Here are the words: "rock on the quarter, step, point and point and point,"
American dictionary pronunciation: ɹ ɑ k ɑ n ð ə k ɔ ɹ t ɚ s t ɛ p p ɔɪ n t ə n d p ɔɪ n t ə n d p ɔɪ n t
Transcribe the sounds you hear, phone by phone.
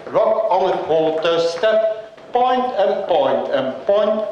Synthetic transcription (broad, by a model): ɹ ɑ k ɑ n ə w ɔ l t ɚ s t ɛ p p ɔɪ n t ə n p ɔɪ n t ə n p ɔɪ n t